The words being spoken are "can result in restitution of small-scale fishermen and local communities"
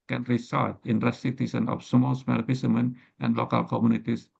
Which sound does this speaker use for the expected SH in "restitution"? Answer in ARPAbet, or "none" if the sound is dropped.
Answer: S